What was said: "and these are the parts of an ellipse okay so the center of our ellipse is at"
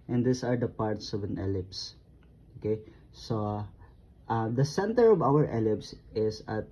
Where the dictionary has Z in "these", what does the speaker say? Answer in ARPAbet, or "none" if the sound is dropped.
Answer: S